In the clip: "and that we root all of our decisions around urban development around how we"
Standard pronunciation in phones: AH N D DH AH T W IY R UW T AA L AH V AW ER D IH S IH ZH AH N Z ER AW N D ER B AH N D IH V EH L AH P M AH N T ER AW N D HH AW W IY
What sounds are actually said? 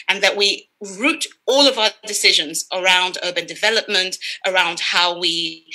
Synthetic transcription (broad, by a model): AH N DH AH T W IY R UW T AA L AH V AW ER D IH S IH ZH AH N Z ER AW N D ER B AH N D IH V EH L AH P M AH N T ER AW N D HH AW W IY